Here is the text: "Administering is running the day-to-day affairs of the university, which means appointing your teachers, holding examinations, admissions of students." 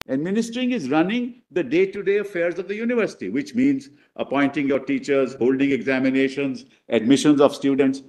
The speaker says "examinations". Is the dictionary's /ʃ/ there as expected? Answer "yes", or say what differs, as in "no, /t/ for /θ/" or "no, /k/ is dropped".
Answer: yes